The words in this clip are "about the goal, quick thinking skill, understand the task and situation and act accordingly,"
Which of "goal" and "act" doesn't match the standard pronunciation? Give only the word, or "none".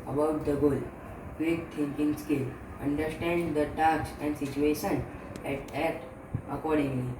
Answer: act